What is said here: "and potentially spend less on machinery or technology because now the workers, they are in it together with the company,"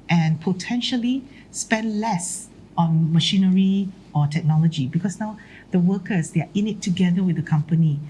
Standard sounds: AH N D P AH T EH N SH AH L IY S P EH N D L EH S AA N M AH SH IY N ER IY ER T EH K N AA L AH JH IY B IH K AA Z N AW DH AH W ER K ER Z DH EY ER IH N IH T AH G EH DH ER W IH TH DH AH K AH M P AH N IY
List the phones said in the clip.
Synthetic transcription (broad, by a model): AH N P AH T EH N SH AH L IY S P EH N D L EH S AA N M AH SH IY N ER IY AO T EH K N AA L AH JH IY B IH K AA S N AW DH AH W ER K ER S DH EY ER IH N IH T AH G EH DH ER W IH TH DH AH K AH M P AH N IY